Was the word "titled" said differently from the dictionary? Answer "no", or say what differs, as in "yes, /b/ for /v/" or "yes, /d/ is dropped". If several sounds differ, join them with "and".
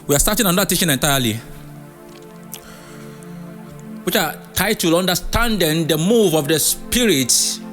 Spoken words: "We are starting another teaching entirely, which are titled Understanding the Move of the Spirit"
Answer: yes, /d/ is dropped